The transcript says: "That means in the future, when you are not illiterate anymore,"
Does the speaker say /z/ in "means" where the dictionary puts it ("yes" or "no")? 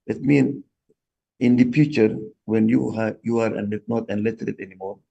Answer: no